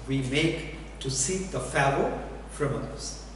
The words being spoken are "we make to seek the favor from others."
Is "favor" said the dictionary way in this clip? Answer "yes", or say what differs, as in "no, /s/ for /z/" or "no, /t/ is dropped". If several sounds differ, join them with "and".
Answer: no, /v/ is dropped